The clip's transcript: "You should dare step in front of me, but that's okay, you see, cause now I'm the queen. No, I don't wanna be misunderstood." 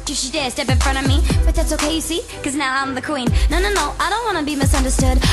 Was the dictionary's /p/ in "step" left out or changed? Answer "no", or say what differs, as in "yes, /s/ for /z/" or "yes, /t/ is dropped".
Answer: no